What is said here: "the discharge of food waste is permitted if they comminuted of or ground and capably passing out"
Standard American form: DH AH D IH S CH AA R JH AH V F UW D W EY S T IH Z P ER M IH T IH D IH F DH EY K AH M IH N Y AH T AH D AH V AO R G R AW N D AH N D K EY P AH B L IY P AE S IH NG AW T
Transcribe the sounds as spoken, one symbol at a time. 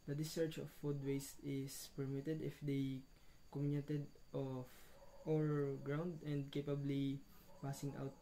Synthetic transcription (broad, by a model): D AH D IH S EH R CH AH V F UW D W EY S T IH S P ER M IH T IH D IH F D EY K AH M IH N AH T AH D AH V AO R G R AW N D AH N D K EY P AH B L IY P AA S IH NG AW T